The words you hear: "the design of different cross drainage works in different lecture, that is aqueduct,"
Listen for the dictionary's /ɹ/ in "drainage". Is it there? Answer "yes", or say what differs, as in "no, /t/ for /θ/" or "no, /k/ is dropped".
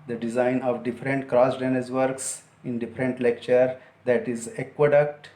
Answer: no, /ɹ/ is dropped